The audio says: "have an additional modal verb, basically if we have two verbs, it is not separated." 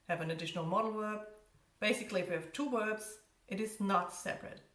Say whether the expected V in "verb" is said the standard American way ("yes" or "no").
no